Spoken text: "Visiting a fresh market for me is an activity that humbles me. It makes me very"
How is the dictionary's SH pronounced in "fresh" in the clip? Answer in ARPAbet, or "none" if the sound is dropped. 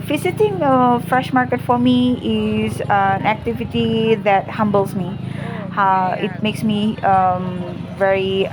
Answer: SH